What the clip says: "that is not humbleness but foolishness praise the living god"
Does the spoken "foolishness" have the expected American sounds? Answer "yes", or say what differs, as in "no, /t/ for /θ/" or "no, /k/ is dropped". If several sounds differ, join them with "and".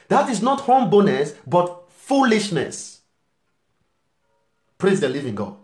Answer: yes